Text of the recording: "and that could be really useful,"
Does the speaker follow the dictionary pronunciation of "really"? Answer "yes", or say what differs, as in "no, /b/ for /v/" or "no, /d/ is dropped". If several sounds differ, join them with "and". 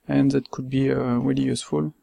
no, /w/ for /ɹ/